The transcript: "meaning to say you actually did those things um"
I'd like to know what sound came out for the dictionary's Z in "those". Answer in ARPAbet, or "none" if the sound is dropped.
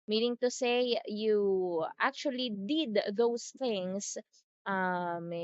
S